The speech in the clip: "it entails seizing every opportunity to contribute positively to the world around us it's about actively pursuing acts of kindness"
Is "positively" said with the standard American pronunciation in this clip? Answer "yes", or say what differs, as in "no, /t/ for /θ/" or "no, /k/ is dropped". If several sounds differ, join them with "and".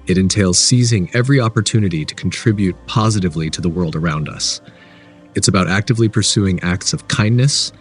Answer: yes